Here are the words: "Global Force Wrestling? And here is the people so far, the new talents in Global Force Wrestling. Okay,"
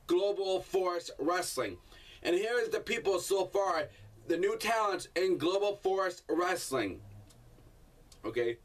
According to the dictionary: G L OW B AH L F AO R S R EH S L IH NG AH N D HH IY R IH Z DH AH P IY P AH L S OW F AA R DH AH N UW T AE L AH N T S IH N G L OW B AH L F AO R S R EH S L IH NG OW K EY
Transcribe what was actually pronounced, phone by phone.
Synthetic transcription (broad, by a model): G L OW B L F AO R S R EH S L IH NG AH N HH IY R IH Z DH AH P IY P L S OW F AA R DH AH N UW T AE L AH N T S IH N G L OW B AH L F AO R S R EH S L IH NG OW K EY